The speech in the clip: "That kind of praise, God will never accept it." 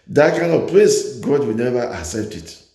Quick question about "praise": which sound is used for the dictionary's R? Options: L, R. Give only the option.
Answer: L